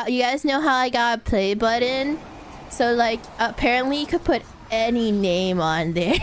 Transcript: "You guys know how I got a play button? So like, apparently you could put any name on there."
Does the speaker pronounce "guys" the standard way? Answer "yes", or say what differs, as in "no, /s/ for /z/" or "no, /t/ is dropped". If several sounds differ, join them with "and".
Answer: yes